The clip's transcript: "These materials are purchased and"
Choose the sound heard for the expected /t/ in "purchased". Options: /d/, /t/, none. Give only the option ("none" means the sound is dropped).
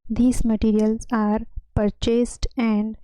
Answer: /t/